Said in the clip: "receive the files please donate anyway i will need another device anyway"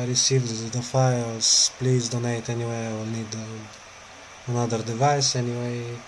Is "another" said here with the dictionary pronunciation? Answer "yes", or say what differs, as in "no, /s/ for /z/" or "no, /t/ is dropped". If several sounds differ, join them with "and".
no, /l/ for /n/